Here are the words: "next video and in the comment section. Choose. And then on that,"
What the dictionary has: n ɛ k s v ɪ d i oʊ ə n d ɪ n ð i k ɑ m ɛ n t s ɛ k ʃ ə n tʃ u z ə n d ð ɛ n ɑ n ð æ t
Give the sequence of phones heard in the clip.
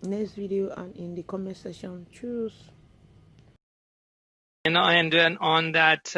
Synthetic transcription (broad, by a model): n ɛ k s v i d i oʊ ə n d ɪ n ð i k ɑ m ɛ s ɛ ʃ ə n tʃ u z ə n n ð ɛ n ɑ n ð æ t